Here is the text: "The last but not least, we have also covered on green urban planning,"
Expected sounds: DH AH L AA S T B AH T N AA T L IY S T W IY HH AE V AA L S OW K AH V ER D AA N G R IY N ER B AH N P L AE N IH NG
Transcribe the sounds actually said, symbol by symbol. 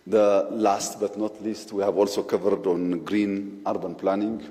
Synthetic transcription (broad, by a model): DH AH L AA S T B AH T N AA T L IY S T W IY HH AE V AA L S OW K AH V ER D AA N G R IY N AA B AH N P L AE N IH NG